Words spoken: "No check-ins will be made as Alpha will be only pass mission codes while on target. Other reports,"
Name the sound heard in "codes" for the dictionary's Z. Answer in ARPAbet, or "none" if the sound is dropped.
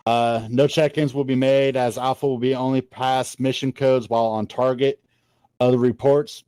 Z